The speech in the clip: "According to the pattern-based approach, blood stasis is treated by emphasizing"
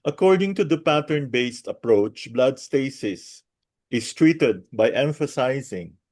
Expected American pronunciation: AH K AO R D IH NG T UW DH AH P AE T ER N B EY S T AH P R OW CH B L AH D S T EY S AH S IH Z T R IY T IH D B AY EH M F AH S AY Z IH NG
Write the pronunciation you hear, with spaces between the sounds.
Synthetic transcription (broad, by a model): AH K AO R D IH NG T UW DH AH P AE T ER N B EY S T AH P R OW CH B L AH D S T EY S AH S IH S T R IY T IH D B AY EH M F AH S AY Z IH NG